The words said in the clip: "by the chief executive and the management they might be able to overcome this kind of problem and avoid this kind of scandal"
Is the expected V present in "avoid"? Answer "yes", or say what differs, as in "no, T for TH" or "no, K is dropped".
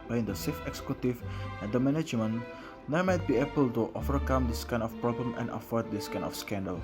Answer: no, F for V